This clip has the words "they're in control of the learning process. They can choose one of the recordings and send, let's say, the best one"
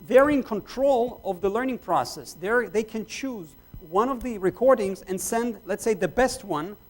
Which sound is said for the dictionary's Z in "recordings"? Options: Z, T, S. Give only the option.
Z